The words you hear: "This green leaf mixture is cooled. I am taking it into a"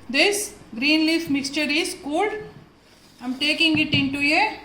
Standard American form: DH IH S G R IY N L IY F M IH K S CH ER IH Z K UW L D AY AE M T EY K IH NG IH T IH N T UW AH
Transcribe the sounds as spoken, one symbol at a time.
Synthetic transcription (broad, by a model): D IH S G R IY N L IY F M IH K S CH ER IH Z K UW L D AY M T EY K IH NG IH T IH N T UW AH